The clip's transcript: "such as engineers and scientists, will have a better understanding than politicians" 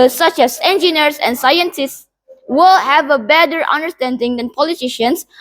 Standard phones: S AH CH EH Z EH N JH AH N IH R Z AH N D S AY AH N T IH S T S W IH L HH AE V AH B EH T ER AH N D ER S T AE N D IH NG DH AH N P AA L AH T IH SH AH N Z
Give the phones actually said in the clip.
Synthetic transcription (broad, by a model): S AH CH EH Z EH N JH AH N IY R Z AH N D S AY AH N T IH S T S W IH L HH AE V AH B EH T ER AH N D ER S T AE N D IH NG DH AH N P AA L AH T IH SH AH N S